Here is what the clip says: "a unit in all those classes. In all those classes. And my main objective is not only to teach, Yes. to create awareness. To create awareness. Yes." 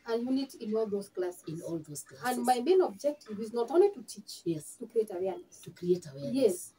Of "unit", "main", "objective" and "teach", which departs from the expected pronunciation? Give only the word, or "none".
none